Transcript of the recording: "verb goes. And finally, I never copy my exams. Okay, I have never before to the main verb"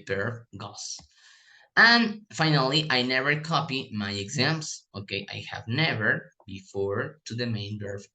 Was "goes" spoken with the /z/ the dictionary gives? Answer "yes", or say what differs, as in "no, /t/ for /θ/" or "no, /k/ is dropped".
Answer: no, /s/ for /z/